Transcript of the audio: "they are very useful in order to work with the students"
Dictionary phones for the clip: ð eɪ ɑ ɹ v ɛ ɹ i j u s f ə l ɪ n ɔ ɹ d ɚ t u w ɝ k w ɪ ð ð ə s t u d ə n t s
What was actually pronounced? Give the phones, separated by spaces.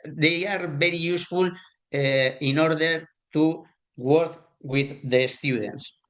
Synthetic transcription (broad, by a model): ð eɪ ɑ ɹ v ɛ ɹ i j u s f ə l ɪ n ɔ ɹ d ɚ t u w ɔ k w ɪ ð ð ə s t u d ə n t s